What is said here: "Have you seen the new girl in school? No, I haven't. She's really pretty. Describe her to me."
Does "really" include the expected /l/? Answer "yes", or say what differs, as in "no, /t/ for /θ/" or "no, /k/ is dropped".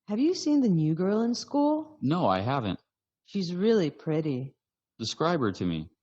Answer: yes